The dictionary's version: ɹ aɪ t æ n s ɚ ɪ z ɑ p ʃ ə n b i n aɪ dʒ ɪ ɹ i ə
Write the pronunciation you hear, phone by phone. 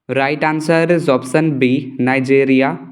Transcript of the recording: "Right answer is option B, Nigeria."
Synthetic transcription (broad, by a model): ɹ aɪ t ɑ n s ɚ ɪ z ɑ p s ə n b i n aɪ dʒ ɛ ɹ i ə